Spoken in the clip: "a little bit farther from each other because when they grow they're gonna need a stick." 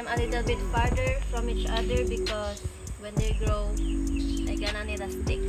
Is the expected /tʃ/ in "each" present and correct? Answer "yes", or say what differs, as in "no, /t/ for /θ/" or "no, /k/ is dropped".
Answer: yes